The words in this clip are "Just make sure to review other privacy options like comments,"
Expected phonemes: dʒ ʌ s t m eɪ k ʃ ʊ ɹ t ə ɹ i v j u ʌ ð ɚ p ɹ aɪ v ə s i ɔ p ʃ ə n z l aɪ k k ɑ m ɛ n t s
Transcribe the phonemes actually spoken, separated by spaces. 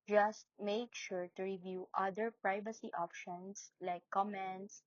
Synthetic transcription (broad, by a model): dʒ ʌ s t m eɪ k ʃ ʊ ɹ t ə ɹ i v j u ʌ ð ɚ p ɹ aɪ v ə s i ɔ p ʃ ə n s l aɪ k k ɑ m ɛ n t s